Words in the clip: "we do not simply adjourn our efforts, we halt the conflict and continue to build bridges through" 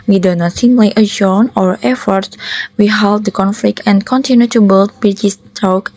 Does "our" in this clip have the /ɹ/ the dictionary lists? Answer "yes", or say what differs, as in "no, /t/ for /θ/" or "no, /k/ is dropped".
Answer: yes